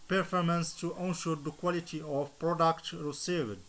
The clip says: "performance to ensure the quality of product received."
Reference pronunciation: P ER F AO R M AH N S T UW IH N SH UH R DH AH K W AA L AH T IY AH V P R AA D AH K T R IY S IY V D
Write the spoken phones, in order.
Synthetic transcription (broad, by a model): P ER F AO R M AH N S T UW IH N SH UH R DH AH K W AA L AH T IY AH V P R AA D AH K T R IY S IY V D